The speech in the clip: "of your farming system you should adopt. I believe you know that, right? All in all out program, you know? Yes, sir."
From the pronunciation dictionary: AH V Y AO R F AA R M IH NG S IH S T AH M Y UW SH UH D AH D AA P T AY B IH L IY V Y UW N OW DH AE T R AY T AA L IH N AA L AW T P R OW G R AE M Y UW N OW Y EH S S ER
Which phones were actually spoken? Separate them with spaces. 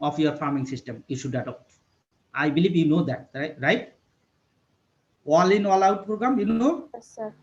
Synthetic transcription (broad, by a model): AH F Y AO R F AA R M IH NG S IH S T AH M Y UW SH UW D AH D AA P T AY B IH L IY B Y UW N OW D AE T R AY T AA L IH N AA L AW T P R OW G R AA M Y UW N OW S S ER